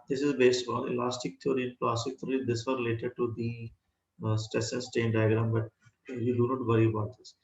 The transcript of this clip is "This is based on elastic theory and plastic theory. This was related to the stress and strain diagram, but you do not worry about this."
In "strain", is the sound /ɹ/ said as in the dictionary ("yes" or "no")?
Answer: no